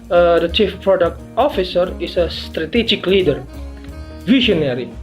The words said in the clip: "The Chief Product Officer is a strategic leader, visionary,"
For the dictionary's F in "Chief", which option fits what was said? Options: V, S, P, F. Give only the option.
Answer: F